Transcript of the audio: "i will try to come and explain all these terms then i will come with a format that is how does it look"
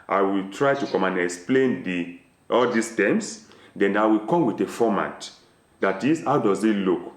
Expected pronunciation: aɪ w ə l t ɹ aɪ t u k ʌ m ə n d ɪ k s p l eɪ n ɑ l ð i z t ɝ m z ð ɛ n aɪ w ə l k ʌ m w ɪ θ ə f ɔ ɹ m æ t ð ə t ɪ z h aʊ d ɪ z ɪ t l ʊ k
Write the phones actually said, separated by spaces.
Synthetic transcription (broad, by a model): aɪ w ə l t ɹ aɪ t u k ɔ m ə n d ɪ k s p l eɪ n ɑ l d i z t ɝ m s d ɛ n aɪ w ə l k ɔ m w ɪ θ ə f ɔ m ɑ t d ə t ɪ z h aʊ d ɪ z ɪ t l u k